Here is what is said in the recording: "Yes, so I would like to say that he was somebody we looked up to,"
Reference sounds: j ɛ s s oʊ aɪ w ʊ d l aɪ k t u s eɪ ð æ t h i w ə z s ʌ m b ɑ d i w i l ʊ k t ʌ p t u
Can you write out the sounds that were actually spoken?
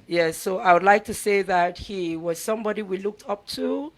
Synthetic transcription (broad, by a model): j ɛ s s oʊ aɪ w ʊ d l aɪ k t u s eɪ ð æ t h i w ə z s ʌ m b ɑ d i w i l ʊ k t ʌ p t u